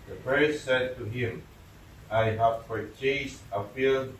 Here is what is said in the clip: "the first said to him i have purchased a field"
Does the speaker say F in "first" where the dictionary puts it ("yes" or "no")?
no